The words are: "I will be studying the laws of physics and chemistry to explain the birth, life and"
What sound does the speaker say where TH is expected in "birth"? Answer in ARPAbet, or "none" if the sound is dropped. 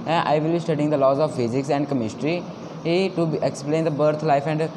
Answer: T